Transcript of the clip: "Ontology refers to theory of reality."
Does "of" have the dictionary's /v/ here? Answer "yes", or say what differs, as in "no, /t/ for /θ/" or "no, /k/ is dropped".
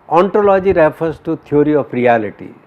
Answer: no, /p/ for /v/